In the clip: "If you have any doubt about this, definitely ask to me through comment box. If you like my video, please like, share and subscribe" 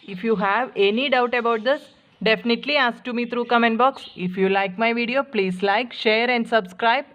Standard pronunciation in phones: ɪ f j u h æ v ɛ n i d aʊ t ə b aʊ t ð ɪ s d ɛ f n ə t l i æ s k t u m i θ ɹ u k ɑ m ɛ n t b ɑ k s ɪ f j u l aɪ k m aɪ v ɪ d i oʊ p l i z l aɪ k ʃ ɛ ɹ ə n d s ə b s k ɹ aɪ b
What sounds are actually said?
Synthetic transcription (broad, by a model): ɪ f j u h æ v ɛ n i d aʊ t ə b aʊ t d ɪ s d ɛ f n ə t l i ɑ s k t u m i t ɹ u k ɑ m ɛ n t b ɑ k s ɪ f j u l aɪ k m aɪ v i d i oʊ p l i z l aɪ k ʃ ɛ ɹ ə n d s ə b s k ɹ aɪ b